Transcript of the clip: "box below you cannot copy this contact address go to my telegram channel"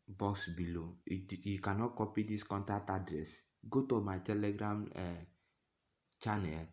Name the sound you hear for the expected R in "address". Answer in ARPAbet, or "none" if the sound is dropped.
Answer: R